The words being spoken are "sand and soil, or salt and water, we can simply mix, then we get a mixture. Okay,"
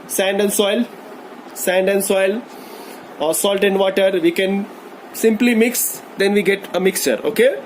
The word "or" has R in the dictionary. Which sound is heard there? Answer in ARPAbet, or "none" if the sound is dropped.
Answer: L